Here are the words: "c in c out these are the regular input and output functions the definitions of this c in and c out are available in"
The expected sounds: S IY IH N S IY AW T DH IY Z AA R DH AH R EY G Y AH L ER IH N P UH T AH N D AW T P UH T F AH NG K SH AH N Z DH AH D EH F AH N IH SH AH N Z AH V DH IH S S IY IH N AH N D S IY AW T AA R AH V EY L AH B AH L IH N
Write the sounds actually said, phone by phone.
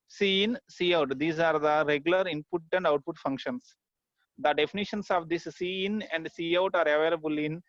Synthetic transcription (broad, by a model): S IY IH N S IY AW T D IY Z AA R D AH R EY G Y AH L ER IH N P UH T AH N D AW T P UH T F AH NG K SH AH N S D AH D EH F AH N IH SH AH N S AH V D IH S S IY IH N AH N D S IY AW T AA R AH V EY L AH B AH L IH N